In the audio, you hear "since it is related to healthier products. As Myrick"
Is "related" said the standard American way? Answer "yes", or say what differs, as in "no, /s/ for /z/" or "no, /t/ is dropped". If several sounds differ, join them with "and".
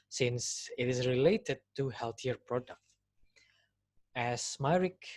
yes